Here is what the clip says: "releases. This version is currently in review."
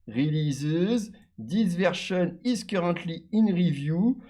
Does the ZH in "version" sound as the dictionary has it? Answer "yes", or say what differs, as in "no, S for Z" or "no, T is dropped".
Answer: no, SH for ZH